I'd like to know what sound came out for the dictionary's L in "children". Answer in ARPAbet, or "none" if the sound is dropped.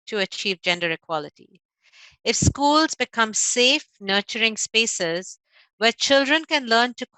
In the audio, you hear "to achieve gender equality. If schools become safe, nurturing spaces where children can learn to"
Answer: L